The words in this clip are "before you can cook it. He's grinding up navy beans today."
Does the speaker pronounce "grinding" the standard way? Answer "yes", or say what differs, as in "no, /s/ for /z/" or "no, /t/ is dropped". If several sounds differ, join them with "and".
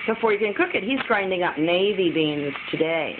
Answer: yes